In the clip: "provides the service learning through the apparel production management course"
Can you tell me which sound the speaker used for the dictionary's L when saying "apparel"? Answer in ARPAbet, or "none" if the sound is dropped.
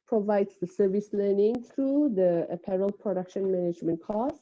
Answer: L